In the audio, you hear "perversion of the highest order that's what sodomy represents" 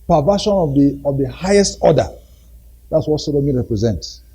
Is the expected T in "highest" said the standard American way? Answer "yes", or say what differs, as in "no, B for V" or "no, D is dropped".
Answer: yes